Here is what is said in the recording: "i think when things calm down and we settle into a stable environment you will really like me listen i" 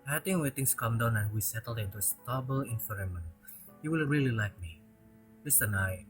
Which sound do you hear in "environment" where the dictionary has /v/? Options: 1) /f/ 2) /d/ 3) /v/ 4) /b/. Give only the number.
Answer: 1